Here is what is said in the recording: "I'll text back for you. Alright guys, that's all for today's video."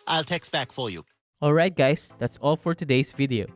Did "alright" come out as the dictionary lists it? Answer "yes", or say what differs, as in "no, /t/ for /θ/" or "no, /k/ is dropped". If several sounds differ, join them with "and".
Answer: yes